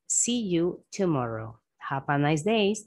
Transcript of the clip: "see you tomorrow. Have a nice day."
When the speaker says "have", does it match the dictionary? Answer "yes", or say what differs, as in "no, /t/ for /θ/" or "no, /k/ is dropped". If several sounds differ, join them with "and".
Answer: no, /p/ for /v/